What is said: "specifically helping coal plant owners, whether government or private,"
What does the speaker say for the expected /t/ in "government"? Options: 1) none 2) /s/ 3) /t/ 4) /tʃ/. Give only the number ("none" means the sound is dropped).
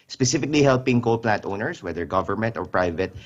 3